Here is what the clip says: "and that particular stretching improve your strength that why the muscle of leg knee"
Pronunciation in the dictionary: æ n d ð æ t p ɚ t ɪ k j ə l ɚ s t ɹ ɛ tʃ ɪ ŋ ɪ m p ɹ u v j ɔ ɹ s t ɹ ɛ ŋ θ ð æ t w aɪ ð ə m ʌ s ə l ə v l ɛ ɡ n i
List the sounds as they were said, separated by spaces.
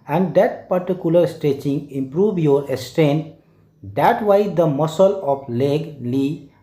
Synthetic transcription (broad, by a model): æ n d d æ t p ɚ t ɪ k j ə l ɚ s t ɛ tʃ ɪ ŋ ɪ m p ɹ u v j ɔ ɹ s t ɛ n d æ t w aɪ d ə m ʌ s ə l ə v l ɛ ɡ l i